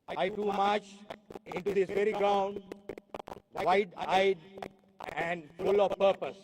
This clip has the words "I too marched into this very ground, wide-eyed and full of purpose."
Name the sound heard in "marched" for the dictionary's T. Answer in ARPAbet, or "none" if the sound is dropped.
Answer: none